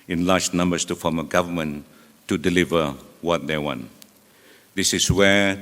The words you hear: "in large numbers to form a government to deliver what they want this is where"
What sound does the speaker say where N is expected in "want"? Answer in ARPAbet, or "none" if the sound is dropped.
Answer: N